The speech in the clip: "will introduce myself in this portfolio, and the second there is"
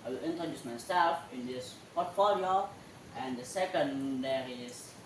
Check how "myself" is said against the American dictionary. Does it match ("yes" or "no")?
no